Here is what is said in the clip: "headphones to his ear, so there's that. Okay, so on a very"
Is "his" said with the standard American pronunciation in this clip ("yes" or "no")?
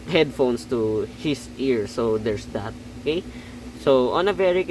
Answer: no